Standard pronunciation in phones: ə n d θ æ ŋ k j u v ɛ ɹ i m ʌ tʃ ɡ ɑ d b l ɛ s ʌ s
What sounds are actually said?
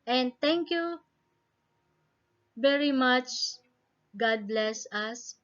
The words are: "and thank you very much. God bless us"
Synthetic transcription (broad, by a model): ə n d t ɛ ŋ k j u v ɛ ɹ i m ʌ tʃ ɡ ɑ d b l ɛ s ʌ s